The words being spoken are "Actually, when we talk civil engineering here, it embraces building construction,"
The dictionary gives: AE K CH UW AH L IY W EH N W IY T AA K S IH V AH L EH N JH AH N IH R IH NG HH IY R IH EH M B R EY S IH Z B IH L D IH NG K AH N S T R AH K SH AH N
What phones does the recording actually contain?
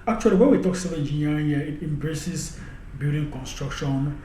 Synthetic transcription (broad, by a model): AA K CH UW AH L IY W EH N W IY T AA K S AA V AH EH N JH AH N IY IH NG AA IH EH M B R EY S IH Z B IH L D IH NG K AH N S T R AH K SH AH N